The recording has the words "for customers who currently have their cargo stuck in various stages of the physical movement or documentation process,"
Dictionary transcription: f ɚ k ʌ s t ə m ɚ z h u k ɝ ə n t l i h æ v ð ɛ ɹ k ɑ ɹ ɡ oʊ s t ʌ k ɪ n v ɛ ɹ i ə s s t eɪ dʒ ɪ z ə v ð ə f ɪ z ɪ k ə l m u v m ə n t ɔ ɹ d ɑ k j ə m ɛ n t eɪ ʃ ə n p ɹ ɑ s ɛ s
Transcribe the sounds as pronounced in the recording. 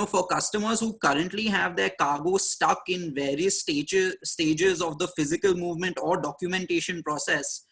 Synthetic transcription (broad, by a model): f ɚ k ʌ s t ə m ɚ z h u k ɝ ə n t l i h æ v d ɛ ɹ k ɑ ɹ ɡ oʊ s t ʌ k ɪ n v ɛ ɹ i ə s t t eɪ dʒ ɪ z ə v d ə f ɪ z ɪ k ə l m u v m ə n t ɔ ɹ d ɑ k j ə m ɛ n t eɪ ʃ ə n p ɹ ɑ s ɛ s